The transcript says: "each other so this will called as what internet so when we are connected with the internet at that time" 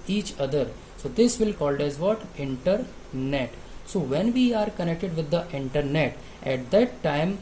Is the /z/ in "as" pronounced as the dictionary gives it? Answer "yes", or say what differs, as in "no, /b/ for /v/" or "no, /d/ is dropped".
yes